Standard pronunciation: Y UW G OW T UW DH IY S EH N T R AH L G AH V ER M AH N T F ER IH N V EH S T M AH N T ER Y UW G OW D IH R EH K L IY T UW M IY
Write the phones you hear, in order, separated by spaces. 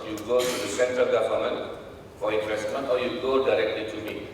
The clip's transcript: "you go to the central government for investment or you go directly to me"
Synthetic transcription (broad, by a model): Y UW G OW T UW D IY S EH N T R AH L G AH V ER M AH N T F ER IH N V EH S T M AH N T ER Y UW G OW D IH R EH K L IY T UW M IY